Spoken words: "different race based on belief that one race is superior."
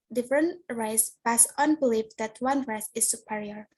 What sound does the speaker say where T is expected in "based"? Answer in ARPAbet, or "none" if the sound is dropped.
none